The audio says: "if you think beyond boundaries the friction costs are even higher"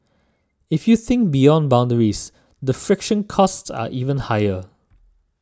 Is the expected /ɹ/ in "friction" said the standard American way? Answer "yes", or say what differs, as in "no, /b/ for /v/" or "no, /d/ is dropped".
yes